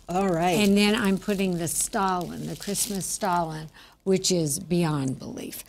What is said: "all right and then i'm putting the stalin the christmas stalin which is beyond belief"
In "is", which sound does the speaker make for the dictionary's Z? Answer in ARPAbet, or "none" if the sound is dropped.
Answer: Z